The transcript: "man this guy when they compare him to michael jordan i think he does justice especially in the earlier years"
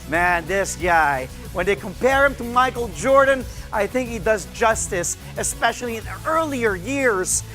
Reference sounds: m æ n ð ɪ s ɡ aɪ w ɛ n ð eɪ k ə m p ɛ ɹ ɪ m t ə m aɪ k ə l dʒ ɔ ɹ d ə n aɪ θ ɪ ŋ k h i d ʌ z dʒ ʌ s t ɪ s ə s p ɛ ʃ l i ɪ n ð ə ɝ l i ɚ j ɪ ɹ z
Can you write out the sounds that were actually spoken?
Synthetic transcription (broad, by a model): m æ n ð ɪ s ɡ aɪ w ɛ n ð eɪ k ə m p ɛ ɹ ɪ m t ə m aɪ k l dʒ ɔ ɹ d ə n aɪ θ ɪ ŋ k h i d ʌ z dʒ ʌ s t ɪ s ə s p ɛ ʃ l i ɪ n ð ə ɝ l i ɚ j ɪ ɹ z